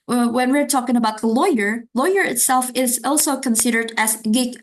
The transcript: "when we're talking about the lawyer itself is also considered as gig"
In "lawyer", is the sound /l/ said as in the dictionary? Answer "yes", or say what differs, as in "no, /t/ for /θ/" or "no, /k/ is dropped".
yes